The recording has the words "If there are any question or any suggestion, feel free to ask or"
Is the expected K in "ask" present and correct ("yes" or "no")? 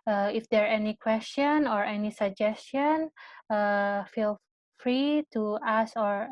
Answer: no